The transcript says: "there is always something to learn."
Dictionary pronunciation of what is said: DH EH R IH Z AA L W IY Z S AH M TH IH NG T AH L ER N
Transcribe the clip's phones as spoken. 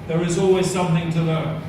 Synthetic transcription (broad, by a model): DH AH R IH Z AA L W IY Z S AH M TH IH NG T AH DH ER